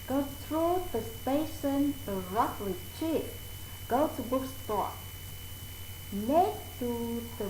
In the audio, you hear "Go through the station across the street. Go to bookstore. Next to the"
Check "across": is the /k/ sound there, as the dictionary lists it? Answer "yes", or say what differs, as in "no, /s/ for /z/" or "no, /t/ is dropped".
no, /k/ is dropped